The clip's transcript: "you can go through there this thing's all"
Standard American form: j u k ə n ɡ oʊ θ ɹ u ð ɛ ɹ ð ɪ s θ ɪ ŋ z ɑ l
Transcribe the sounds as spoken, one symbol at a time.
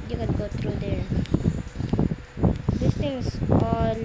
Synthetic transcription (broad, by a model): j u k ə n ɡ oʊ t ɹ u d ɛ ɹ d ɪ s t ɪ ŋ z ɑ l